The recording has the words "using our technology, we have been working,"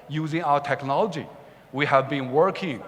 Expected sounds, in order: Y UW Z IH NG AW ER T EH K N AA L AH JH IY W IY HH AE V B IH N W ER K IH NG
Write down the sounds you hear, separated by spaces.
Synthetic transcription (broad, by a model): Y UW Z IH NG AW ER T EH K N AA L AH JH IY W IY HH AE V B IH N W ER K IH NG